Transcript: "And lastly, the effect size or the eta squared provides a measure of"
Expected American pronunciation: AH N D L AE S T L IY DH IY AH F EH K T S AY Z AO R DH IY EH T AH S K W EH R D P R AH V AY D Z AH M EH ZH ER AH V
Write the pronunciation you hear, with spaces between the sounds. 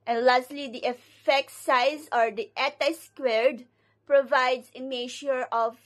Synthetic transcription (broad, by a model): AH N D L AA S T L IY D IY AH F EH K T S AY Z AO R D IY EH T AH S K W EH R D P R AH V AY D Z AH M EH SH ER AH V